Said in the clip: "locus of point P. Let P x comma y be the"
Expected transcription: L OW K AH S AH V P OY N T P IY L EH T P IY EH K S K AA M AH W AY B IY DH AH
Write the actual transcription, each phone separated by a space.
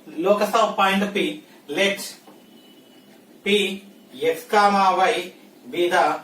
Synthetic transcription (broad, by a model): L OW K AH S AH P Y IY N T P IY L EH T P IY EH S K AA M AH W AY B IY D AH